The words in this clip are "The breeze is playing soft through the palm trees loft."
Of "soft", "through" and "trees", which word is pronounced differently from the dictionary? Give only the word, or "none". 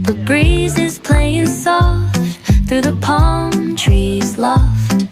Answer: none